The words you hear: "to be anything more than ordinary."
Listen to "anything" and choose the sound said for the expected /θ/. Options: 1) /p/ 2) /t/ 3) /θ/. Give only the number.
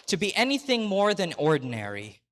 3